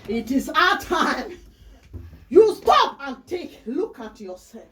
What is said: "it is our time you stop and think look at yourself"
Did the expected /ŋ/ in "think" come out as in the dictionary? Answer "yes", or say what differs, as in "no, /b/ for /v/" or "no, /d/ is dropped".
no, /ŋ/ is dropped